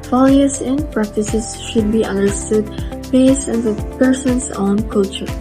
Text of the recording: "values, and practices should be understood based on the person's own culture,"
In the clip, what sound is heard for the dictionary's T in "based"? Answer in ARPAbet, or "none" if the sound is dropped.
none